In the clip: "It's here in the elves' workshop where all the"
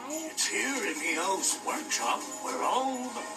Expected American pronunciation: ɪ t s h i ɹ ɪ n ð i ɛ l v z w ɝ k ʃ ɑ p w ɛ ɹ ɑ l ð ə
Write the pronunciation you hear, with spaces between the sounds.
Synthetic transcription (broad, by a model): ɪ t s h i ɹ ɪ n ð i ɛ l z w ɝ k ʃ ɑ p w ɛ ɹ ɑ l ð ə